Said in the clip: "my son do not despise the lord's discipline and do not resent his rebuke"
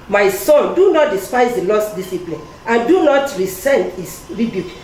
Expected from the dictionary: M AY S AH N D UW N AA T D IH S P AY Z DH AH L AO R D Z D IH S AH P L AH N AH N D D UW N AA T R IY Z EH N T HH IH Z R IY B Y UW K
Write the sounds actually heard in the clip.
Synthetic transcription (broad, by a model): M AY S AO N D UW N AA T D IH S P AY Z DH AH L AO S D D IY S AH P L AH N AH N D D UW N AA T R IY S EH N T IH S R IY B Y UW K